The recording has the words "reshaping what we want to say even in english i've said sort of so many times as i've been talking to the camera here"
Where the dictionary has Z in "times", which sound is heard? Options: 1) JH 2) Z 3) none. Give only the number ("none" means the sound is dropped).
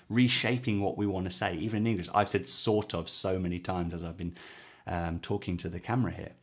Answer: 2